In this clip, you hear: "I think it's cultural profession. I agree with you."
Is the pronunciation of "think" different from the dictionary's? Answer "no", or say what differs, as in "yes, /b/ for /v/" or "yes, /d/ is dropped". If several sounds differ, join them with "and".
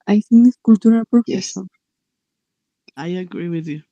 yes, /k/ is dropped